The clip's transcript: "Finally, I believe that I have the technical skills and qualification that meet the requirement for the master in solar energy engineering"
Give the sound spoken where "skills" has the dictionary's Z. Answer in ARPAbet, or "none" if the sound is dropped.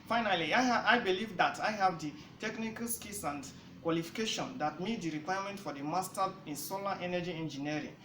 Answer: S